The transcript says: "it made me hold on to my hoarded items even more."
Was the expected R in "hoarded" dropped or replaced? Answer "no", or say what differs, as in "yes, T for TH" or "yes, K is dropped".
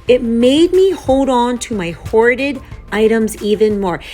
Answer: no